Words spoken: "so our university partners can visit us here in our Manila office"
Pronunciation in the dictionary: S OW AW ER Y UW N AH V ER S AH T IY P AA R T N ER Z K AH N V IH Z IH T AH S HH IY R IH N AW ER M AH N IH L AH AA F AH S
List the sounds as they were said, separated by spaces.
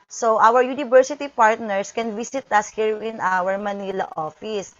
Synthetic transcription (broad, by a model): S OW AW ER Y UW N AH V ER S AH T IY P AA R T N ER S K AH N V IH S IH T AH S HH IY R IH N AW ER M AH N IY L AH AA F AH S